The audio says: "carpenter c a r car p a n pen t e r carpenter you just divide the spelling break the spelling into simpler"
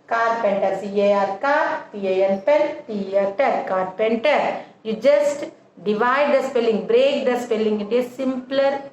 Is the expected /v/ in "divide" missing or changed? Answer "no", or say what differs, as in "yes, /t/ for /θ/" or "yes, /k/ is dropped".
no